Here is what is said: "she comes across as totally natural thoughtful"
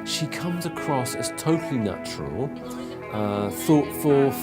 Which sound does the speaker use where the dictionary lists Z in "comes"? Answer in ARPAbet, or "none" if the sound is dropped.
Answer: Z